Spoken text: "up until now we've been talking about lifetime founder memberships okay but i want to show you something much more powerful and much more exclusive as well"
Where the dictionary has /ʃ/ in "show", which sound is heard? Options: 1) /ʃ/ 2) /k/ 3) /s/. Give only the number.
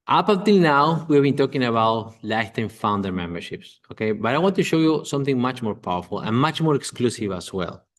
1